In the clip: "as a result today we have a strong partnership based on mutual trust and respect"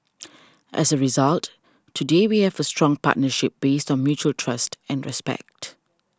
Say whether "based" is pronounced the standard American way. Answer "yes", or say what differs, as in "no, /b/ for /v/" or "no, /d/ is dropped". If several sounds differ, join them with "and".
yes